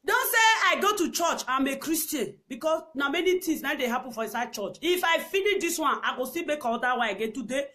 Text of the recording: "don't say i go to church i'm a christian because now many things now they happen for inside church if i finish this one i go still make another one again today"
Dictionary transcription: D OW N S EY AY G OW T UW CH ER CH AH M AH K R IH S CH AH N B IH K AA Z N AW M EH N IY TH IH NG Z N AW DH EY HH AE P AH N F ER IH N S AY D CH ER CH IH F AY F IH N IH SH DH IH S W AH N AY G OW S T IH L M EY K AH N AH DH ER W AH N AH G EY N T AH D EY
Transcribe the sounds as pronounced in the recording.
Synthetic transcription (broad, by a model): D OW N S EY AY G OW T UW CH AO CH AH M AH K R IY S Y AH N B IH K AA S N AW M EH N IY T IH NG S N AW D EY HH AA P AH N F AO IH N S AY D CH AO CH IH F AY F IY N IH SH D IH S W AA N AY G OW S T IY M EY K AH AO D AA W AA AH G EY N T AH D EY